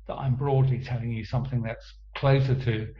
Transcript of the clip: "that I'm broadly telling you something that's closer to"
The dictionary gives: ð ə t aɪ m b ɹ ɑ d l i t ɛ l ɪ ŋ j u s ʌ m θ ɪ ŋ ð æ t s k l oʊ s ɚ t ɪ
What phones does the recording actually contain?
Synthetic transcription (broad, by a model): ð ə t aɪ m b ɹ ɑ d l i t ɛ l ɪ ŋ j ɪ s ʌ m θ ɪ ŋ ð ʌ t s k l oʊ s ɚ t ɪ